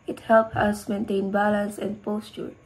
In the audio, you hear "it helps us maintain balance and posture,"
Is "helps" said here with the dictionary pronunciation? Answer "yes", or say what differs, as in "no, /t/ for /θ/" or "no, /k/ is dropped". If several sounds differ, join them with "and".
no, /s/ is dropped